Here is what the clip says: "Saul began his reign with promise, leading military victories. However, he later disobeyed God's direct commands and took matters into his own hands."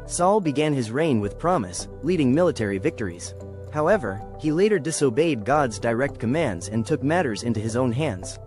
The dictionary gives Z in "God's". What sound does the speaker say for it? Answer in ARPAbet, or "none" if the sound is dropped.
Z